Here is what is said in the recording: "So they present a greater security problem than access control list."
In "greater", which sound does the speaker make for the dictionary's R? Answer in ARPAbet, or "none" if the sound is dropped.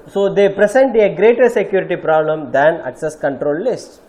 R